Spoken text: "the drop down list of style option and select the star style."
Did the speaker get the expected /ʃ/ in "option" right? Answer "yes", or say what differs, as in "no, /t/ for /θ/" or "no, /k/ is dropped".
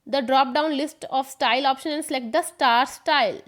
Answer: yes